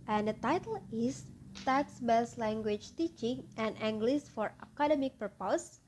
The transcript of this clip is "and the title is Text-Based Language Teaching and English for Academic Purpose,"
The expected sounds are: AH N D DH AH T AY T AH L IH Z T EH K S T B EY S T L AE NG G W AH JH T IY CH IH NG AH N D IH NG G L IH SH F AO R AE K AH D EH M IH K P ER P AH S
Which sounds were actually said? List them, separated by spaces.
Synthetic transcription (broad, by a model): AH N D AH T AY T AH L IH S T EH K S B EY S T L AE NG G W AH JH T IY CH IH NG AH N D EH NG G L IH S F AO R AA K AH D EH M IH K P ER P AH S